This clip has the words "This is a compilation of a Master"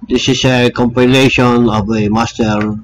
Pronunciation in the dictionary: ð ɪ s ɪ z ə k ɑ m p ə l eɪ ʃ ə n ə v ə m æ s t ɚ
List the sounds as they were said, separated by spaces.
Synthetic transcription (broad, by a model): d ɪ s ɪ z ə k ɑ m p ə l eɪ ʃ ə n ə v ə m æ s t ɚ